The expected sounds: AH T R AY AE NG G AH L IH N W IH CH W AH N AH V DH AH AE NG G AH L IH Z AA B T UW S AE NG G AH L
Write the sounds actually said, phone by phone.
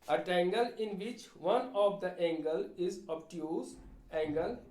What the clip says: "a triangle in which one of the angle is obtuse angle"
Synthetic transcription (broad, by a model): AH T EH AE NG G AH L IH N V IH CH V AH N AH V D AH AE NG G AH L IH Z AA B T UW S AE NG G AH L